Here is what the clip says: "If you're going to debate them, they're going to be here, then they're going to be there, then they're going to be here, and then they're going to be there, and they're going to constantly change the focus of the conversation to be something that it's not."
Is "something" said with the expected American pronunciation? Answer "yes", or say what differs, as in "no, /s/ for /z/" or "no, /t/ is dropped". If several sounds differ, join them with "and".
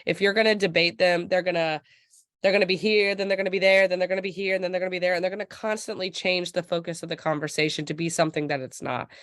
yes